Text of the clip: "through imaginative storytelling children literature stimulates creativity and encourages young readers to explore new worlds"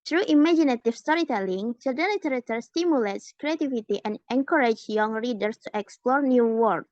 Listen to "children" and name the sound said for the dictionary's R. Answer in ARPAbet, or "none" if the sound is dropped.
none